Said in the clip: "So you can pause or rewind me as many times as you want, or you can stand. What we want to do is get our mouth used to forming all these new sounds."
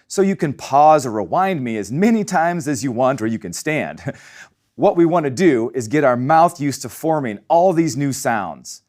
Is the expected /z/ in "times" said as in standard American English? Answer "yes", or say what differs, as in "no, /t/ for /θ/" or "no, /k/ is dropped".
yes